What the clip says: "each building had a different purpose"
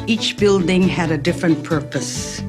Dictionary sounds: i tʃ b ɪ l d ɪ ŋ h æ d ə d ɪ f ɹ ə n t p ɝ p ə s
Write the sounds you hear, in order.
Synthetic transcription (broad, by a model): i tʃ b ɪ l d ɪ ŋ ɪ d ə d ɪ f ɹ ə n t p ɝ p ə s